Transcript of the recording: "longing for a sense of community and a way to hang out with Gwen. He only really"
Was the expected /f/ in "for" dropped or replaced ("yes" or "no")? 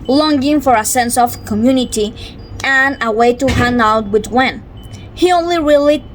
no